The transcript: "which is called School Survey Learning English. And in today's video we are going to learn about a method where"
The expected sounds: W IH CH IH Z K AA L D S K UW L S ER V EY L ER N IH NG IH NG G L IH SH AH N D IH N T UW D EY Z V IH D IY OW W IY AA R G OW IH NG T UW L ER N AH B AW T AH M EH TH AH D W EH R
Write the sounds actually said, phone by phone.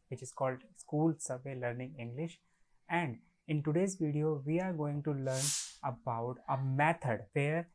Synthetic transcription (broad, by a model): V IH CH IH Z K AA L D S K UW L S ER V EY L ER N IH NG IH NG G L IH SH AH N D IH N T UW D EY Z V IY D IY OW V IY AA R G OW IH NG T UW L ER N AH B AW T AH M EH T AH D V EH R